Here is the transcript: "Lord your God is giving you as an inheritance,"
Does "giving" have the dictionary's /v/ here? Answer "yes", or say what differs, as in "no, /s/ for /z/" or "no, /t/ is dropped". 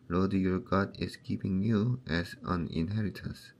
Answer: no, /p/ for /v/